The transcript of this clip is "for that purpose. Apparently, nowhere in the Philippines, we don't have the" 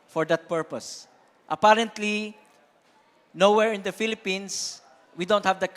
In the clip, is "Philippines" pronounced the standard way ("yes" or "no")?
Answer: no